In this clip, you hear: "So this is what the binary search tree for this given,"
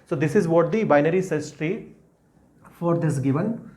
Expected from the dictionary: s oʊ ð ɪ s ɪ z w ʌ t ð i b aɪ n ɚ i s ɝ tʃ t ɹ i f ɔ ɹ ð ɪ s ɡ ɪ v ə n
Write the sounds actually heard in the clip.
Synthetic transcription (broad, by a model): s oʊ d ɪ s ɪ z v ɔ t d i b aɪ n ɚ i s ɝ s t ɹ i f ɔ ɹ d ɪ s ɡ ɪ v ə n